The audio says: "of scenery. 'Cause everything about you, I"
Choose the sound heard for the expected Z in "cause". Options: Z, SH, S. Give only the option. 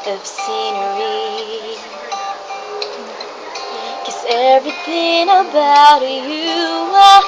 S